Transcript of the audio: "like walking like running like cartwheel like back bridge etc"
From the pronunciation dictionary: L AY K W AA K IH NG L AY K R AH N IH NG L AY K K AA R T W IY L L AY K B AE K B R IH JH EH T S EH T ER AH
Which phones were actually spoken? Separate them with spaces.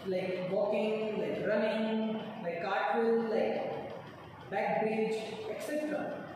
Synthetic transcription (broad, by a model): L AY K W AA K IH NG L AY K R AH N IH NG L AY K K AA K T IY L L AY K B AE K B R IH JH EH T S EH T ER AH